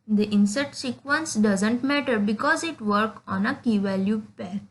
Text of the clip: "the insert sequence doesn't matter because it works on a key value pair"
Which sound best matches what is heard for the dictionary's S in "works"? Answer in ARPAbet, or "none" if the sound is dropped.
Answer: none